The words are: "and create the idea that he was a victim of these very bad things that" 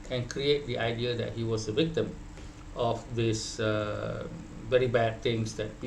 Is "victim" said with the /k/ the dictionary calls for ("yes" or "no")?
yes